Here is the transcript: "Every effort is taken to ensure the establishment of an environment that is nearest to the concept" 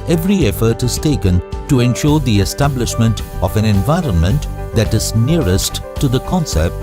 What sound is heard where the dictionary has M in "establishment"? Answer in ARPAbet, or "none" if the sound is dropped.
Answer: M